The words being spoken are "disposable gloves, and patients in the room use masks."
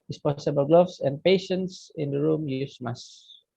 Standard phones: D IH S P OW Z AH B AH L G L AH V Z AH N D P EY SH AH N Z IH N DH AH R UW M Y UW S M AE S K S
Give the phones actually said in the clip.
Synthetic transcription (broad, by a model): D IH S P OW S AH B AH L G L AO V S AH N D P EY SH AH N S IH N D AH R UW M Y UW S M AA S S